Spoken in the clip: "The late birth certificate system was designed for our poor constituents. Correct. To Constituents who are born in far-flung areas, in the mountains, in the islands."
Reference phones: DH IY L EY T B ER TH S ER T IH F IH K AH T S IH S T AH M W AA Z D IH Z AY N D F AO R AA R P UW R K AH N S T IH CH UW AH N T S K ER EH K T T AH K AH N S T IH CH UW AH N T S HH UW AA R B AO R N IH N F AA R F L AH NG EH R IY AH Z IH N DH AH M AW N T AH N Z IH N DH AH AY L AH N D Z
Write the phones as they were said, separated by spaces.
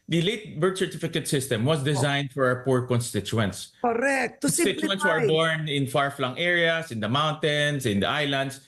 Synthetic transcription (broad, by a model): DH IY L EY T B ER T S ER T IH F IH K AH T S IH S T AH M W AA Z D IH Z AY N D F AO R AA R P UW R K AH N S T IH CH UW AH N T S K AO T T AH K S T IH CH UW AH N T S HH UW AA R B AO R N IH N F AA R F L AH NG EH R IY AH S IH N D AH M AW N T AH N S IH N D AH AY L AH N D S